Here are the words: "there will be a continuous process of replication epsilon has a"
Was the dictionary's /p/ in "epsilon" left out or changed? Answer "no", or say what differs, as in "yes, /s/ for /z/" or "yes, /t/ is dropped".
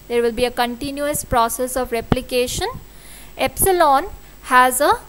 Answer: no